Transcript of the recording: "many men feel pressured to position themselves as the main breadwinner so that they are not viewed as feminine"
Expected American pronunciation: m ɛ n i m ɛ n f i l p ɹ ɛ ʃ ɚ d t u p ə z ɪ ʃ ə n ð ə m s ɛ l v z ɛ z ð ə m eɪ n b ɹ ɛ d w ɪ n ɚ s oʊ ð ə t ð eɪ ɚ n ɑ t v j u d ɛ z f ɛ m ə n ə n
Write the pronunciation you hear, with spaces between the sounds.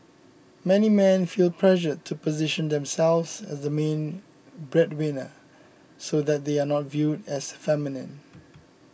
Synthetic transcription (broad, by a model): m ɛ n i m ɛ n f i l p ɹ ɛ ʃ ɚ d t u p ə z ɪ ʃ ə n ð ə m s ɛ l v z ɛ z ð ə m eɪ n b ɹ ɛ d w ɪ n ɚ s oʊ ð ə t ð eɪ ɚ n ɑ t v j u d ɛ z f ɛ m ə n ə n